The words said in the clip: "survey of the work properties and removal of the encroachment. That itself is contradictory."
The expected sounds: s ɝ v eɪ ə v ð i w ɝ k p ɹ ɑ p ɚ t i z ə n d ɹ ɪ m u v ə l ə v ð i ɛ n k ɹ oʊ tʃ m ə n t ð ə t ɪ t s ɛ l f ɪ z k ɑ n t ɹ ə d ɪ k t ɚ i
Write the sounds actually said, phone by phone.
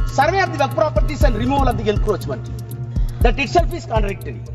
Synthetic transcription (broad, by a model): s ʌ v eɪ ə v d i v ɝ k p ɹ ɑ p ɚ t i s ə n d ɹ ɪ m u v ə l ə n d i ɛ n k ɹ oʊ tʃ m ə n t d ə t ɪ t s ɛ l f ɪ s k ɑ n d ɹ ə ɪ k t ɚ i